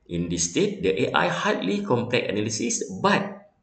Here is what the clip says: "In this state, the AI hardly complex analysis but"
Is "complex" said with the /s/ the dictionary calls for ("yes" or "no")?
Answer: no